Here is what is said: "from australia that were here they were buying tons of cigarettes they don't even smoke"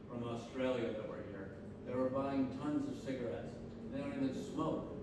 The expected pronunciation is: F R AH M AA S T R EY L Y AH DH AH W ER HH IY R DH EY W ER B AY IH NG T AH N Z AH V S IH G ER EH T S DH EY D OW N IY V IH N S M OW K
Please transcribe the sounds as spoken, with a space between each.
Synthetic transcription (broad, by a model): F R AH M AA S T R EY L Y AH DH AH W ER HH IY R DH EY W ER B AY IH NG T AH N Z AH V S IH G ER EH T S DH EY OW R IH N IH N S M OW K